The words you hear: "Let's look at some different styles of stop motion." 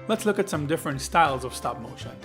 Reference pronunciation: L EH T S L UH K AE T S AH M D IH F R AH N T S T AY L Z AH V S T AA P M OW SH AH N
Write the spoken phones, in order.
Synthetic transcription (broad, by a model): L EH T S L UH K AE T S AH M D IH F R AH N T S T AY L Z AH V S T AA P M OW SH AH N